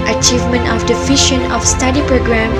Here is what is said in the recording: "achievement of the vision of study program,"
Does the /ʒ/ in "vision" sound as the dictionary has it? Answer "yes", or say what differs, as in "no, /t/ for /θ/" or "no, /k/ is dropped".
no, /ʃ/ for /ʒ/